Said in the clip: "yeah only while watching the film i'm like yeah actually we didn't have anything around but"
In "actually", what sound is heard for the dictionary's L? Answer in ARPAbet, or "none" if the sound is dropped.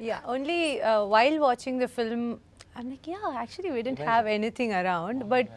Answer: none